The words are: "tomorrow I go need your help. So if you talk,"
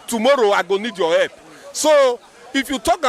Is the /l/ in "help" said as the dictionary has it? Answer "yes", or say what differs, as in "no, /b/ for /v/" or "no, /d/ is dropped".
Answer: no, /l/ is dropped